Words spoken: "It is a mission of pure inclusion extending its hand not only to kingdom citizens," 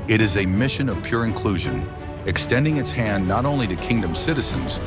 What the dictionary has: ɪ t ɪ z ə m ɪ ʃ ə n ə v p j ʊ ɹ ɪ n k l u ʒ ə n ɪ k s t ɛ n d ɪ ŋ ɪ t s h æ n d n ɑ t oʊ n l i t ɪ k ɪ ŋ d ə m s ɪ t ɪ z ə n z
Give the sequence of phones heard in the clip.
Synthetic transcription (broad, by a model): ɪ t ɪ z ə m ɪ ʃ ə n ə v p j ʊ ɹ ɪ n k l u ʒ ə n ɪ k s t ɛ n d ɪ ŋ ɪ t s h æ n n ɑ t oʊ n l i t ɪ k ɪ ŋ d ə m s ɪ t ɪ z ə n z